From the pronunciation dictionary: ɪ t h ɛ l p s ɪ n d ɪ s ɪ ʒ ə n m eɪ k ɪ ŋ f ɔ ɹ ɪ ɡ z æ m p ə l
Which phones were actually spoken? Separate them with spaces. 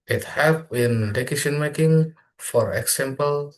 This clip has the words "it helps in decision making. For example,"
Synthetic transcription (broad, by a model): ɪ t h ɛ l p ɪ n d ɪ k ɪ s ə n m eɪ k ɪ ŋ f ɔ ɹ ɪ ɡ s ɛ m p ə l